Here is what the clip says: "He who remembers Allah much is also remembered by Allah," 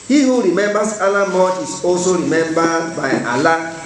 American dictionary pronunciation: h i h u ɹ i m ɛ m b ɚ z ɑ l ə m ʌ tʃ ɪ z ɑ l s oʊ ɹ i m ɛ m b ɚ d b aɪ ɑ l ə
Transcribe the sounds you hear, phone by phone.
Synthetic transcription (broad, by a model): h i h u ɹ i m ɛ m b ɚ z ɑ l ə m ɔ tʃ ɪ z ɑ l s oʊ ɹ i m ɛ m b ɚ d b aɪ ɑ l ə